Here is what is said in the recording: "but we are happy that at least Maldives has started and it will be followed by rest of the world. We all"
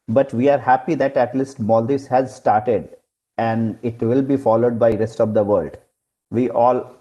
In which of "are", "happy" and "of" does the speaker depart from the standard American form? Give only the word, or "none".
none